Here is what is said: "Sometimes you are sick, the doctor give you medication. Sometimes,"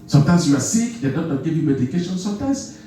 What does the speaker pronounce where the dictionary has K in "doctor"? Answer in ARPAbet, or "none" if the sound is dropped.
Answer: none